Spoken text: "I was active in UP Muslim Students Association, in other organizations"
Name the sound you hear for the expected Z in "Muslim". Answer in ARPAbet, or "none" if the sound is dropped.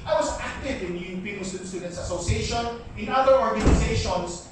S